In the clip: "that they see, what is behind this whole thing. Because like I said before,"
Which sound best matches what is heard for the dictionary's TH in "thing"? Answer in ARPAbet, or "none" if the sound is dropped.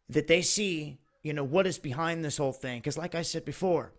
TH